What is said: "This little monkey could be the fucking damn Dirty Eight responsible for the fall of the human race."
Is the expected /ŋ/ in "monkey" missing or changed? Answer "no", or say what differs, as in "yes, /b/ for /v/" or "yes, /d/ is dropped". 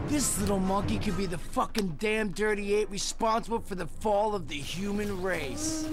yes, /ŋ/ is dropped